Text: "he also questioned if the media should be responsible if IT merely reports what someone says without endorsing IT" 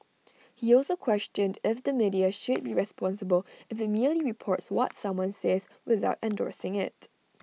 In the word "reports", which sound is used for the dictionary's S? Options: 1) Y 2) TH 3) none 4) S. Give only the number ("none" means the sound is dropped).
4